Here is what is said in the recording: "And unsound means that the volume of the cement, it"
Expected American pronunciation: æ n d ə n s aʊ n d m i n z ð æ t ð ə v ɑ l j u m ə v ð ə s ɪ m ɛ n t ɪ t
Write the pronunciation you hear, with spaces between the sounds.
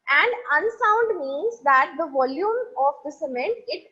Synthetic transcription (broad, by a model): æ n d ə n s aʊ n d m i n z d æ t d ə v ɑ l j u m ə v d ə s ɪ m ɛ n t ɪ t